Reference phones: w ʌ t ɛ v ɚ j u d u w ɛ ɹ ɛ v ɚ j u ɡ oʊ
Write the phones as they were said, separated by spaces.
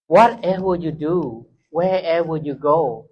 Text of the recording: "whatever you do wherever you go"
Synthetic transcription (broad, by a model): w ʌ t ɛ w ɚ j u d u w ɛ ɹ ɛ w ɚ j u ɡ oʊ